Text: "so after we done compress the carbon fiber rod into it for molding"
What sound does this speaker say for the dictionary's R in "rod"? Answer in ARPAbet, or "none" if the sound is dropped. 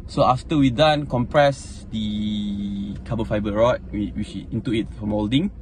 W